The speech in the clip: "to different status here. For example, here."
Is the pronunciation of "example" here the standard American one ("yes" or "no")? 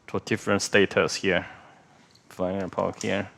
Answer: no